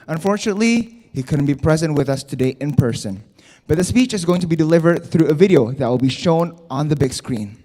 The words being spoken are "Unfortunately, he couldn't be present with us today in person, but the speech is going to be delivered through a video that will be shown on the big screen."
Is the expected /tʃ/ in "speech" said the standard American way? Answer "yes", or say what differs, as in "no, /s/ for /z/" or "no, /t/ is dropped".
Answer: yes